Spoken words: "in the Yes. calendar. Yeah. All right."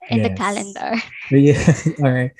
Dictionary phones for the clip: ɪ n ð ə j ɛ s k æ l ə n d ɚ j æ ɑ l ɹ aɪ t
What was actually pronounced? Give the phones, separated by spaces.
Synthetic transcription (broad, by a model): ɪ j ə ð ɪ k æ l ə n d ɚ j æ ɑ l ɹ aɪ t